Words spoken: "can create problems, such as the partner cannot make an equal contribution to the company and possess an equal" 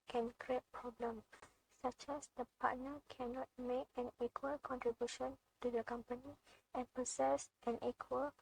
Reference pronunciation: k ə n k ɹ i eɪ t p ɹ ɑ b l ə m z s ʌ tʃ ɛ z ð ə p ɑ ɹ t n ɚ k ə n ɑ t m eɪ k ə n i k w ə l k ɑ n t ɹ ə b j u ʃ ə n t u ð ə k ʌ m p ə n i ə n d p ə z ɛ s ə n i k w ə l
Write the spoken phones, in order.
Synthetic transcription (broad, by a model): k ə n k ɹ i eɪ t p ɹ ɑ b l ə m s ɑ tʃ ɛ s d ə p ɑ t n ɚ k ə n ɑ t m eɪ k ə n i k w ə l k ɑ n t ɹ ə b j u ʃ ə n t u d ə k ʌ m p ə n i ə n p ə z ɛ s ə n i k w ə l